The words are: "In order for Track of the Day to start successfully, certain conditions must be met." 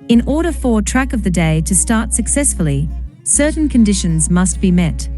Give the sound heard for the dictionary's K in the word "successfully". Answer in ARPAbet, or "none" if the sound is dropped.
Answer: K